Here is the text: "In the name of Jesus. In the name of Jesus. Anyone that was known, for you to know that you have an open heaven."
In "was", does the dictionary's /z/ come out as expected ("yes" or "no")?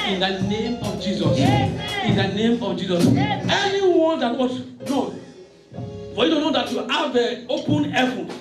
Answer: no